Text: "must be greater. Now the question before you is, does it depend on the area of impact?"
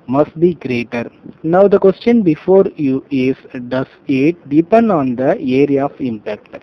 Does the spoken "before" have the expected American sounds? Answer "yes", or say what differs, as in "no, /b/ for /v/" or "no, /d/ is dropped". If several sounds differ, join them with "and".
yes